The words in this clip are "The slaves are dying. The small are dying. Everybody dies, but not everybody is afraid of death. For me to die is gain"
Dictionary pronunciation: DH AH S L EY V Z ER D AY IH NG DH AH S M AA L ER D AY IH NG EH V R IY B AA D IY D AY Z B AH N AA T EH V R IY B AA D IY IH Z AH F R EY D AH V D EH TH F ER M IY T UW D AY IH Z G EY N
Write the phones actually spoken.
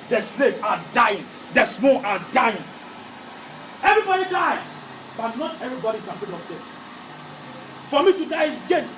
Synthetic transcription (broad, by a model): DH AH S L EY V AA D AY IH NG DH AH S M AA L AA D AY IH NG EH V R IY B AA D IY D AY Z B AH N AA T EH V R IY B AA D IY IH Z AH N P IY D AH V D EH S F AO M IY T UW D AY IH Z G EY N